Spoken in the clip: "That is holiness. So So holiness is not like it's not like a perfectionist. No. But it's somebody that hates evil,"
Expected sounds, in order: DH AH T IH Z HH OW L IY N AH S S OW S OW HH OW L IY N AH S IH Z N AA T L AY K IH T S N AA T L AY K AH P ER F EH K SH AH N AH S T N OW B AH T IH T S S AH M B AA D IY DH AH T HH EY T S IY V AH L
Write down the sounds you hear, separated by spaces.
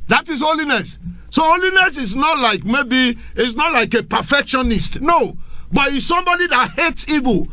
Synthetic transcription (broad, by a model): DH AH T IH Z HH OW L IY N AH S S S OW HH OW L IY N AH S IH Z N AA T L AY K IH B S N AA T L AY K AH P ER F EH K SH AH N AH S T N OW B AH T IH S S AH M B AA D IY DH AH T HH EY T S IY V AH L